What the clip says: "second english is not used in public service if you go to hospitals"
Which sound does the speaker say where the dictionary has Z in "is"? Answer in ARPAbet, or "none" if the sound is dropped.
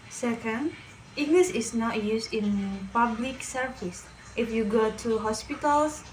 S